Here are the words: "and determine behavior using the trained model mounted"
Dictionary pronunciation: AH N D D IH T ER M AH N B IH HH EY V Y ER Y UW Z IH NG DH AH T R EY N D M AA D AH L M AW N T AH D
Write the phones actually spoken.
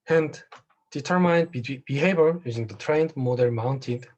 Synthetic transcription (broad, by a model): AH N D D IH T ER M AH N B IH HH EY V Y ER Y UW Z IH NG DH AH T R EY N D M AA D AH N M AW N T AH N